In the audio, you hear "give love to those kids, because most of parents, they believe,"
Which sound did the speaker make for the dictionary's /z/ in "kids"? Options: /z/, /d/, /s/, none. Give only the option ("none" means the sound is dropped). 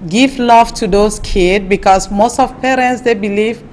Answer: none